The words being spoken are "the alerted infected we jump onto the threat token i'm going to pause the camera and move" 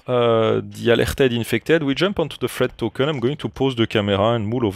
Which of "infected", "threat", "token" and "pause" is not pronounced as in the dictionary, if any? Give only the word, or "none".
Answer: threat